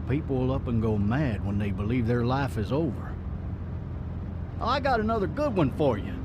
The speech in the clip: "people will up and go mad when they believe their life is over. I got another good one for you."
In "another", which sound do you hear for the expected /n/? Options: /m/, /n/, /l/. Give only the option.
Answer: /n/